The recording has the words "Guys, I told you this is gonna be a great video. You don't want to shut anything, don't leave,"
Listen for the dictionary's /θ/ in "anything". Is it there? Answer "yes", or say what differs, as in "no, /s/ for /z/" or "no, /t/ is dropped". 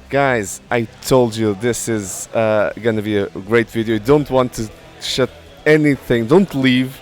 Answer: yes